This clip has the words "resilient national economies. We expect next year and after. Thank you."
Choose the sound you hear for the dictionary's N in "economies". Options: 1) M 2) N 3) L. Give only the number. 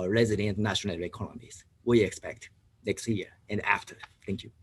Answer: 3